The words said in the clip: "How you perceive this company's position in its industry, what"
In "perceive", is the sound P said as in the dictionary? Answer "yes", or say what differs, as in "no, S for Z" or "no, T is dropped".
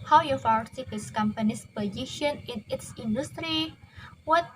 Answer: no, F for P